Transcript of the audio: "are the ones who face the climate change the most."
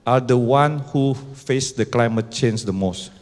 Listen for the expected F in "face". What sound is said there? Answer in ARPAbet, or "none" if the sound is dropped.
F